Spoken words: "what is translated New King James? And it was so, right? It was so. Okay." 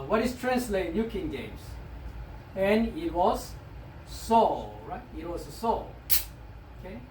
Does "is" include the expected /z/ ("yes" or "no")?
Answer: no